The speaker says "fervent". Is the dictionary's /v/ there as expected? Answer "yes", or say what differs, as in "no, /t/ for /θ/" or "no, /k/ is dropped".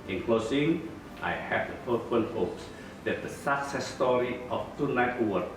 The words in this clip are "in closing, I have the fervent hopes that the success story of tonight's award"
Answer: no, /f/ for /v/